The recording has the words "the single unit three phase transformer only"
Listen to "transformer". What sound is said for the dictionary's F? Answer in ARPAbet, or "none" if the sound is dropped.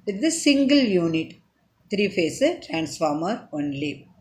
F